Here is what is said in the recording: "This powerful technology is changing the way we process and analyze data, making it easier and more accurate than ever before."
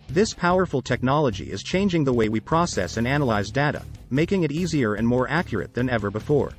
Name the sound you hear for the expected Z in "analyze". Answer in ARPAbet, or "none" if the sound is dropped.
Z